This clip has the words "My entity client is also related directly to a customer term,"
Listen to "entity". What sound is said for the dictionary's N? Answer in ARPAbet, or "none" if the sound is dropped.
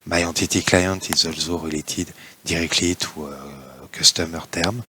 none